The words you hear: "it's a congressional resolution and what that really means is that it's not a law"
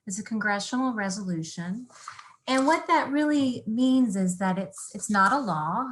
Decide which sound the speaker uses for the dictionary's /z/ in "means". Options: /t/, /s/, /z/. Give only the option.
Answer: /z/